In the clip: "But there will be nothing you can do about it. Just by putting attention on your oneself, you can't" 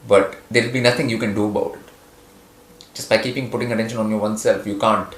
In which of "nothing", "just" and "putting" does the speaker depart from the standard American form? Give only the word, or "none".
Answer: nothing